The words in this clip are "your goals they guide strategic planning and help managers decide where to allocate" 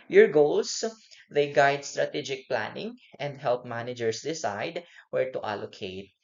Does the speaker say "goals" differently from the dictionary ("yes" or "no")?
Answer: yes